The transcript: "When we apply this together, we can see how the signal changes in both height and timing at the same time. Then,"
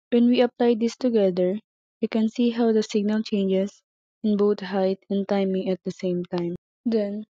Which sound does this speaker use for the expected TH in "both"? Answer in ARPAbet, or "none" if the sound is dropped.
T